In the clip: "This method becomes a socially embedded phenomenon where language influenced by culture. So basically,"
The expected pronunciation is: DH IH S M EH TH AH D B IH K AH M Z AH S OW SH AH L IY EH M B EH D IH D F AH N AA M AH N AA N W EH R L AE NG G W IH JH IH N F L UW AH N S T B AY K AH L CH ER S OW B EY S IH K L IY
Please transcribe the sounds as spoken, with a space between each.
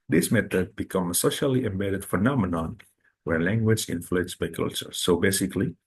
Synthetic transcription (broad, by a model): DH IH S M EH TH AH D B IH K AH M AH S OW SH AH L IY EH M B EH D IH D F AH N AA M AH N AA N W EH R L AE NG G W IH JH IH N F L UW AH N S B AY K AH L CH ER S OW B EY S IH K L IY